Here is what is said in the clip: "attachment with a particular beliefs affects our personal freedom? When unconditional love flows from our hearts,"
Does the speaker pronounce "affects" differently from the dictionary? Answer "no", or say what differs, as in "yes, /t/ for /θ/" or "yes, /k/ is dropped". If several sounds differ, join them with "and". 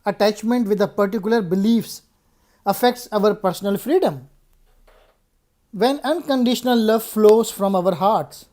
no